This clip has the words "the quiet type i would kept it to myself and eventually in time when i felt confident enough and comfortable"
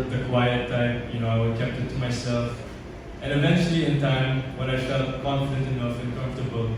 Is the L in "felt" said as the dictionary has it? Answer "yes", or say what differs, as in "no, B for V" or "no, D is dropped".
no, L is dropped